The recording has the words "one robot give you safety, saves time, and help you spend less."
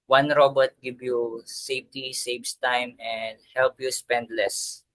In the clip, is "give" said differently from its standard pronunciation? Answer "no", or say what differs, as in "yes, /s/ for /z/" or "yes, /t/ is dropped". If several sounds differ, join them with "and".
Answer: yes, /b/ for /v/